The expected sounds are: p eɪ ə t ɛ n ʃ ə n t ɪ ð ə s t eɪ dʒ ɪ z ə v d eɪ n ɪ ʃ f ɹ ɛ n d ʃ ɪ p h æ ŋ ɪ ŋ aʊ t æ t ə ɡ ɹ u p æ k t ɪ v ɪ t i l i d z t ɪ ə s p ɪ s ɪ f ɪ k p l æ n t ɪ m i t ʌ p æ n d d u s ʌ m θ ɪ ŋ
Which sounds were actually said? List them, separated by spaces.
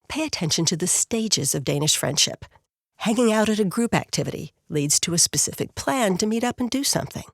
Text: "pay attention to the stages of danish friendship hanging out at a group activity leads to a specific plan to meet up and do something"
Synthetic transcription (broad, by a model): p eɪ ə t ɛ n ʃ ə n t ɪ ð ə s t eɪ dʒ ɪ z ə v d eɪ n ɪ ʃ f ɹ ɛ n d ʃ ɪ p h æ ŋ ɪ ŋ aʊ t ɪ t ə ɡ ɹ u p æ k t ɪ v ɪ t i l i d z t ɪ ə s p ɪ s ɪ f ɪ k p l æ n t ɪ m i t ʌ p n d d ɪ s ʌ m θ ɪ ŋ